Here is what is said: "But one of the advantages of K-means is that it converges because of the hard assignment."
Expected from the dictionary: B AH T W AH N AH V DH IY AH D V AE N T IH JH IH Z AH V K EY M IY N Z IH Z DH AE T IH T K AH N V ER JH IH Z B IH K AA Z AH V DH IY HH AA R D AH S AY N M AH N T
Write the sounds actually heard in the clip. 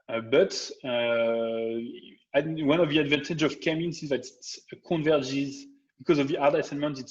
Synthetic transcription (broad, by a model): B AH T W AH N AH V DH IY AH D V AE N T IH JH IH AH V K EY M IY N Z IH Z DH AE T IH T K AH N V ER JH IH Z B IH K AA Z AH V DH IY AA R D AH S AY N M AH N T